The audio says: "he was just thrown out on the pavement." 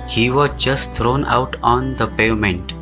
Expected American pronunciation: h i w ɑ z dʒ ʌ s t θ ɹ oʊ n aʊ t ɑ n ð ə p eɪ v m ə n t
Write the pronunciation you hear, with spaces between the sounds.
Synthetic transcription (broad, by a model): h i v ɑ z dʒ ʌ s t t ɹ oʊ n aʊ t ɑ n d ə p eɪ m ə n t